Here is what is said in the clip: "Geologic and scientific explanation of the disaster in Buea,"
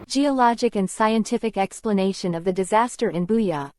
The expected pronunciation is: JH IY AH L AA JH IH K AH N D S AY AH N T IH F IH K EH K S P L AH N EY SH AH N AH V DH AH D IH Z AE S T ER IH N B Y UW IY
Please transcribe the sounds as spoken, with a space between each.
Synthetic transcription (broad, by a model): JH IY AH L AA JH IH K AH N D S AY AH N T IH F IH K EH K S P L AH N EY SH AH N AH V DH AH D IH Z AE S T ER IH N B Y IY